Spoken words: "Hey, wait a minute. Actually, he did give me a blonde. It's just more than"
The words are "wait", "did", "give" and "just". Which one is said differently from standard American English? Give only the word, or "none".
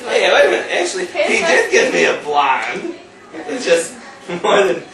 wait